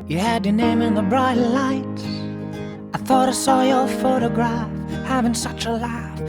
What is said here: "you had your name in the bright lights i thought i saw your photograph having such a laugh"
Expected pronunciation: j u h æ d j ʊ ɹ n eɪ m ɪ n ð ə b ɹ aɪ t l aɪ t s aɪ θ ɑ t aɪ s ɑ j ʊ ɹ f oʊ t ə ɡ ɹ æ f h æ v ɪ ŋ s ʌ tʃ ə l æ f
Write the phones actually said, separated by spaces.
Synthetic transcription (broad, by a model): j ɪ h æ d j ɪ n eɪ m ɪ n ð ə b ɹ aɪ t l aɪ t aɪ θ ɑ t aɪ s ɑ j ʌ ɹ f oʊ t ə ɡ ɹ æ f h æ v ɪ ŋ s ʌ tʃ ə l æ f